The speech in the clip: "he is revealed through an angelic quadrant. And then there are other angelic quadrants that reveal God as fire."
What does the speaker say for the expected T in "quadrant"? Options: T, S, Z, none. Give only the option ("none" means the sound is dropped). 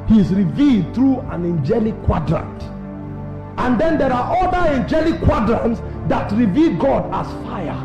T